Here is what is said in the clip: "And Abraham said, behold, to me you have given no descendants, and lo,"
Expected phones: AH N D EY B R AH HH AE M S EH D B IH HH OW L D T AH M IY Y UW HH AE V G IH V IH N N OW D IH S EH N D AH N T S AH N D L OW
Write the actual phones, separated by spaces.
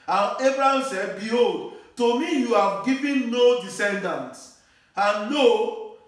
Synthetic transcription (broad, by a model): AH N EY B R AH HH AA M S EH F B IH HH OW L D T AH M IY Y UW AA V G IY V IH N N OW D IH S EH N D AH N T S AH N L OW